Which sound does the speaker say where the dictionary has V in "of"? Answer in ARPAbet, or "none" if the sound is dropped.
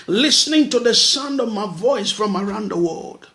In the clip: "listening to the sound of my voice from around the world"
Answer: V